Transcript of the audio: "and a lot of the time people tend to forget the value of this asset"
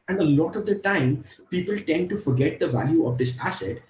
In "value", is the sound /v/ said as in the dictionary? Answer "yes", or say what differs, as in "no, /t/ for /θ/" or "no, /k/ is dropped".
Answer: yes